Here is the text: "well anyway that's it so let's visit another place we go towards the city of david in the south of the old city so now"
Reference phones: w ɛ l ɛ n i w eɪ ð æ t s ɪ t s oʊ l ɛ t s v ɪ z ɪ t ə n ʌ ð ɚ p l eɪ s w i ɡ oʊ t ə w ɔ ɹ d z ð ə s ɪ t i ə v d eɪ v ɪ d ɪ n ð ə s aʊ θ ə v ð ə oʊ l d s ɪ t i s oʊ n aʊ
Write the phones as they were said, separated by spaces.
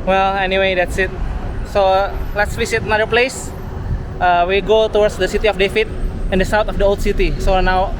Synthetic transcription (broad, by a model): w ɛ l ɛ n i w eɪ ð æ t s ɪ t s oʊ l ɛ t s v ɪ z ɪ t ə n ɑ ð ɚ p l eɪ s w i ɡ oʊ t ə w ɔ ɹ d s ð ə s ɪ t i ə f d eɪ f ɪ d ɪ n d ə s aʊ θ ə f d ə oʊ l d s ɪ t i s oʊ n aʊ